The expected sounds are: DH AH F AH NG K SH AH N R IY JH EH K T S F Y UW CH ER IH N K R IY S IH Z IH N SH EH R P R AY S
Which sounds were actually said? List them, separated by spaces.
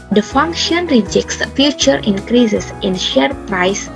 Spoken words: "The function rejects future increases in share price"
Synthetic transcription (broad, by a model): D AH F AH NG K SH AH N R IY JH EH K T S F Y UW CH ER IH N K R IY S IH S IH N SH EH R P R AY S